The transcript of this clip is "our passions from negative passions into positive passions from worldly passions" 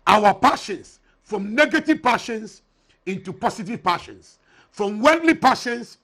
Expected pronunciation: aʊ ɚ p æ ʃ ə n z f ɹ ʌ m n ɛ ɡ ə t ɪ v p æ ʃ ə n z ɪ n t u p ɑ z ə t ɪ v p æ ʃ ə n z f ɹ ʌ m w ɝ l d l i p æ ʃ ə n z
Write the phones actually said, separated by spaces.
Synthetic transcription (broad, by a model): aʊ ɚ p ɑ ʃ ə n s f ɹ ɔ m n ɛ ɡ ə t ɪ v p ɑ ʃ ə n s ɪ n t u p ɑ s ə t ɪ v p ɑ ʃ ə n s f ɹ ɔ m w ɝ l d l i p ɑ ʃ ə n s